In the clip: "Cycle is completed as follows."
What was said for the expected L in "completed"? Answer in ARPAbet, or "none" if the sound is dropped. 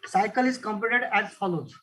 none